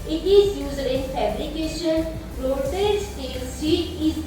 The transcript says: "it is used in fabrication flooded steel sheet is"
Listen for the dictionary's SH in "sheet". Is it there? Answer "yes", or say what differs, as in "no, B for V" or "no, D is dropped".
no, S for SH